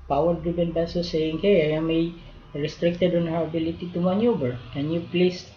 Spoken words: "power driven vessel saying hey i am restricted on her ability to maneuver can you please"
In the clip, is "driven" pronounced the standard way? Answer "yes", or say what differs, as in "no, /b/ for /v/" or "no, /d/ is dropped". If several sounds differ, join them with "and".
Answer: no, /b/ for /v/